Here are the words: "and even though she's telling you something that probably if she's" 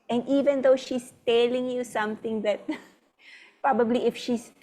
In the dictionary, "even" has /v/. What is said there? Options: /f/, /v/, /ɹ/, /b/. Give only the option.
/v/